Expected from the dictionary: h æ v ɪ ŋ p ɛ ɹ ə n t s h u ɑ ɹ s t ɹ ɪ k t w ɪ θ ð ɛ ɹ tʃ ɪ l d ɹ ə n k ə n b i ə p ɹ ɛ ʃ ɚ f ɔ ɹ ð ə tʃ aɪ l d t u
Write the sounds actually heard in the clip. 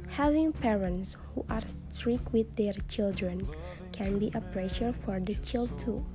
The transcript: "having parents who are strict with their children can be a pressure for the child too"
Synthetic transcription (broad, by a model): h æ v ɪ ŋ p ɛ ɹ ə n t s h u ɑ ɹ s t ɹ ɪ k w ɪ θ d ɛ ɹ tʃ ɪ l d ɹ ə n k ə n b i ə p ɹ ɛ ʃ ɚ f ɔ ɹ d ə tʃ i l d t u